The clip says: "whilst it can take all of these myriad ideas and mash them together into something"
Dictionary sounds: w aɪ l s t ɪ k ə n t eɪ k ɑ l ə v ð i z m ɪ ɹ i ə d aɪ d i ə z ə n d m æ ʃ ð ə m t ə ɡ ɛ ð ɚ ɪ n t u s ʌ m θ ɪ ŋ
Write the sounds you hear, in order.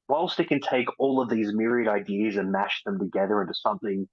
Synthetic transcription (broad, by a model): w aɪ l s t ɪ k ə n t eɪ k ɑ l ə v ð i z m ɪ ɹ i ə d aɪ d i ə z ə n m æ ʃ ð ə m t ə ɡ ɛ ð ɚ ɪ n t u s ʌ m θ ɪ ŋ